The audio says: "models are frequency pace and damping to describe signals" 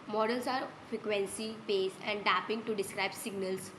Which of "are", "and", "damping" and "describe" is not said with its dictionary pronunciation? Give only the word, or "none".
damping